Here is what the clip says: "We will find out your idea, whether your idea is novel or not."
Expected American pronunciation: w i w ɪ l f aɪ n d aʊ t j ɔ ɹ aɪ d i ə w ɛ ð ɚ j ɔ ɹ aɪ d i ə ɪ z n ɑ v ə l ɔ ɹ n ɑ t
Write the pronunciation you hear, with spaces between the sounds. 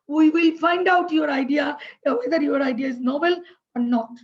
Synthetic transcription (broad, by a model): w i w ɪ l f aɪ n d aʊ t j ɔ ɹ aɪ d i ə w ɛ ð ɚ j ɔ ɹ aɪ d i ə ɪ z n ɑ b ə l ɔ ɹ n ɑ t